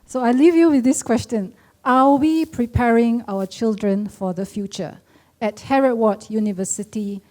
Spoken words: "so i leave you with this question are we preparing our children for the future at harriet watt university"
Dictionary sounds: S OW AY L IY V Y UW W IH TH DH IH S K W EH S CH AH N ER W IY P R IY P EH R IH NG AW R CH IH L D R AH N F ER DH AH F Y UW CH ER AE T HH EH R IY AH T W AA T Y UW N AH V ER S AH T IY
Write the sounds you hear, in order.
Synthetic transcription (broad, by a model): S OW AY L IY V Y UW W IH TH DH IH S K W EH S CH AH N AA W IY P R IY P EH R IH NG AW W CH IH L D R AH N F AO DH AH F Y UW CH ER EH T HH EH R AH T W AA T Y UW N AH V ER S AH T IY